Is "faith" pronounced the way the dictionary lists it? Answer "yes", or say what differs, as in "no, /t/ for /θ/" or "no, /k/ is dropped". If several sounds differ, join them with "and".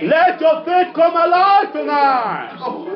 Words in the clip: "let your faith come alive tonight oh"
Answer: no, /t/ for /θ/